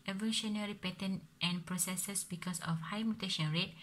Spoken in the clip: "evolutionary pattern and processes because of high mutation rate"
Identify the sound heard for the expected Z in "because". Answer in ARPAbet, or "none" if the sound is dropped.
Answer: S